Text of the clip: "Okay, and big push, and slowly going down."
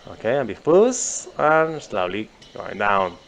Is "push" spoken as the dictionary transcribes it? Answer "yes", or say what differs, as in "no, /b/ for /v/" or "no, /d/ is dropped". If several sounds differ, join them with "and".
no, /s/ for /ʃ/